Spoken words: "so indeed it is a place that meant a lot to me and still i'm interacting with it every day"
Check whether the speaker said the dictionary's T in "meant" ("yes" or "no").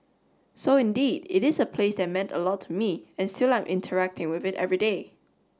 yes